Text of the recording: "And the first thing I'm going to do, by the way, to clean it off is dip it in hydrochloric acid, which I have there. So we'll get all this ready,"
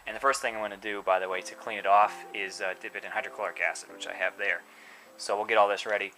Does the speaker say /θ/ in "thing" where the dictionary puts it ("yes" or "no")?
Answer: yes